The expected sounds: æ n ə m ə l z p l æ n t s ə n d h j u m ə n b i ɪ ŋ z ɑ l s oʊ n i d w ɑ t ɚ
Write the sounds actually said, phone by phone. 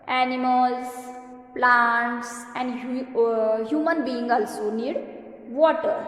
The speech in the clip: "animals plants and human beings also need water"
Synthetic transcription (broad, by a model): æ n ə m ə l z p l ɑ n t s ə n d h j u m ə n b i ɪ ŋ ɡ ɑ l s oʊ n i d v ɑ t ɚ